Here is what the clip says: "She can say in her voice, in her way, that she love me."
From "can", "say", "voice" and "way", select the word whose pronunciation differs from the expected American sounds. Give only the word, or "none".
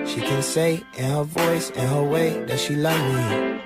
none